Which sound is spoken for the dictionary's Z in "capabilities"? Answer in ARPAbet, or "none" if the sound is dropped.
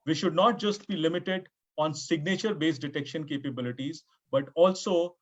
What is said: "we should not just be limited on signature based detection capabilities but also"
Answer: Z